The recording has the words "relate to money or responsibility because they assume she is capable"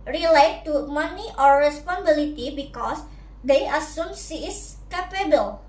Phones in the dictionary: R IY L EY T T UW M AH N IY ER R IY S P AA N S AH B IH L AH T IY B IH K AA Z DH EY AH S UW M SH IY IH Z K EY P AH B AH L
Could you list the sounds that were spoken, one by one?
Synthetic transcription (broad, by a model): R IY L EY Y T UW M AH N IY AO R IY S P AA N AH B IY L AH T IY B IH K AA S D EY AH S UW M S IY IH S K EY P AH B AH L